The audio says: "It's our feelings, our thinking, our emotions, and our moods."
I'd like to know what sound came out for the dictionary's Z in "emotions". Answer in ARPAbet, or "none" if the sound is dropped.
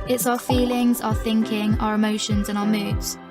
Z